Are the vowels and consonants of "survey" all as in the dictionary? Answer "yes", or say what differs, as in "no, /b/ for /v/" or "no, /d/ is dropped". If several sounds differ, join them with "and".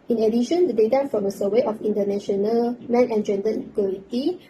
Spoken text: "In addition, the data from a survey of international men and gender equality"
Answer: no, /w/ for /v/